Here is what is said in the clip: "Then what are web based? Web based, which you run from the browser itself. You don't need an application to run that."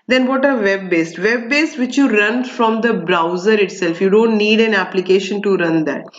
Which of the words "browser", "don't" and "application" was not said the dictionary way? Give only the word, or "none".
none